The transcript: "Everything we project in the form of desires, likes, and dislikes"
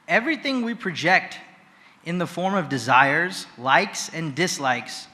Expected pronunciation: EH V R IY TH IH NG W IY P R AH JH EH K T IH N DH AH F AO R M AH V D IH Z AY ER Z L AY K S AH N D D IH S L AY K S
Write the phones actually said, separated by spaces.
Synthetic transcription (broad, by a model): EH V R IY TH IH NG W IY P R AH JH EH K T IH N DH AH F AO R M AH V D IH Z AY ER Z L AY K S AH N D D IH S L AY K S